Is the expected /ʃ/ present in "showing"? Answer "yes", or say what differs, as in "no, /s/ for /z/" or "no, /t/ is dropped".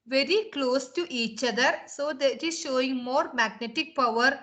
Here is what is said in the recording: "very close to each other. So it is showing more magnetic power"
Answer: yes